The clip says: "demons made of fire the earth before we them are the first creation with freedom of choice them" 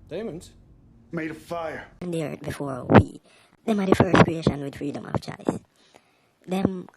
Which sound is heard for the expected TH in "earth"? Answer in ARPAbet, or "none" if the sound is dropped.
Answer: T